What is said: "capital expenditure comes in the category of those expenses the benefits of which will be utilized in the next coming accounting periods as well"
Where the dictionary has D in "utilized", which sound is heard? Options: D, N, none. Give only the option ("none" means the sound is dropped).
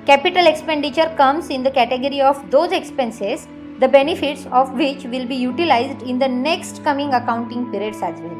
D